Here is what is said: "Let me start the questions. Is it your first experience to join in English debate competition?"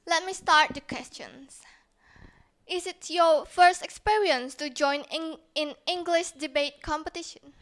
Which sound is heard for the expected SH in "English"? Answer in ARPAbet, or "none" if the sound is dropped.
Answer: SH